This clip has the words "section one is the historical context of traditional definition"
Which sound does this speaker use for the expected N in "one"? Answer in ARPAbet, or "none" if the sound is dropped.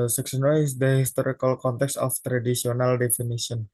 none